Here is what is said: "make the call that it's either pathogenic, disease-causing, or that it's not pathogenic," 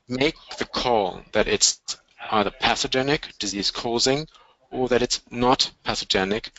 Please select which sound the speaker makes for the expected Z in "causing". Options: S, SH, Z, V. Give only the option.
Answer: Z